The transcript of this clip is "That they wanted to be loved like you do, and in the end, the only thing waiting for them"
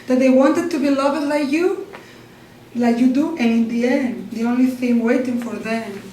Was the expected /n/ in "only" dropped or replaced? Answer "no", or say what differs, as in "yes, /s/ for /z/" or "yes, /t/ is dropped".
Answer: no